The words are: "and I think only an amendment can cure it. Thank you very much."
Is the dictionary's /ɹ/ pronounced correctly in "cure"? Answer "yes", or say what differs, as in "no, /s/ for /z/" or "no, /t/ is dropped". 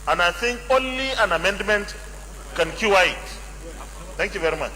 no, /w/ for /ɹ/